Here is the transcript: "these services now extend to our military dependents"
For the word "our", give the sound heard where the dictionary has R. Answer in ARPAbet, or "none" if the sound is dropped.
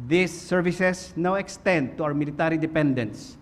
W